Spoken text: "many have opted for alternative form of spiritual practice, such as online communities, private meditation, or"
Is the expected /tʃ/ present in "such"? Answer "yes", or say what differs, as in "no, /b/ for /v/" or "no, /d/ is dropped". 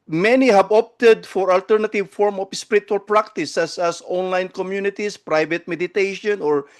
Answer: no, /s/ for /tʃ/